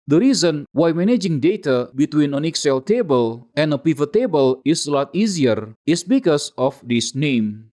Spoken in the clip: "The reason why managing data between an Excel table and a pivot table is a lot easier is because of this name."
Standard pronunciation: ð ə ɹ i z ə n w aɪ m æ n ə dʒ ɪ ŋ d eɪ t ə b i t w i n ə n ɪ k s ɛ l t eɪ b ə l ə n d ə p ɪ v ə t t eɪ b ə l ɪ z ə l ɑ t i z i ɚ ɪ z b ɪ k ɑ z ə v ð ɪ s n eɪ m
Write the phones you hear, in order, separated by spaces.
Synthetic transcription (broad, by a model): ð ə ɹ i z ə n w aɪ m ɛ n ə dʒ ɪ ŋ d eɪ t ə b i t w i n ə n ɪ k s ɛ l t eɪ b ə l ə n d ə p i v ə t t eɪ b ə l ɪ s l ɑ t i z i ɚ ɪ s b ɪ k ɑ s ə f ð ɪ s n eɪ m